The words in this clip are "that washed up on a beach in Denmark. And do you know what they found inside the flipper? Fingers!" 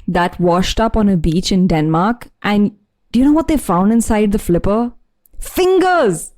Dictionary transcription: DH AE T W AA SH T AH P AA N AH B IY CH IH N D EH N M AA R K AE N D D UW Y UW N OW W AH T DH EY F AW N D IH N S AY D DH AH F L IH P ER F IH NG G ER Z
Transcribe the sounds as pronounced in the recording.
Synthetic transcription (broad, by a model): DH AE T W AA SH T AH P AA N AH B IY CH IH N D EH N M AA R K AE N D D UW Y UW N OW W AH T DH EY F AW N D IH N S AY D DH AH F L IH P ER F IH NG G ER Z